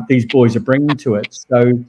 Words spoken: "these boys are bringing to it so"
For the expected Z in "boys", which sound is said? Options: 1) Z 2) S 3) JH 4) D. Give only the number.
1